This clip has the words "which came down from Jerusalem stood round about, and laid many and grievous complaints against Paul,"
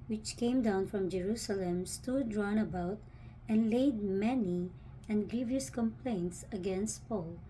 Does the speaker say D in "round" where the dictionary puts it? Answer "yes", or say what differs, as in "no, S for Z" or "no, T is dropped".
no, D is dropped